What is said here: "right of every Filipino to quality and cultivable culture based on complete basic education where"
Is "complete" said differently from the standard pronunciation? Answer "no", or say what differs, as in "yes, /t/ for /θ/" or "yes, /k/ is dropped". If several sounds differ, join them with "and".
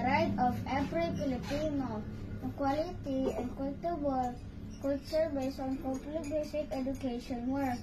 yes, /m/ is dropped